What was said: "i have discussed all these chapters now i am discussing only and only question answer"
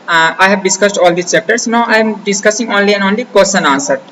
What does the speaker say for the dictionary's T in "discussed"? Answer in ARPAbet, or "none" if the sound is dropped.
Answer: T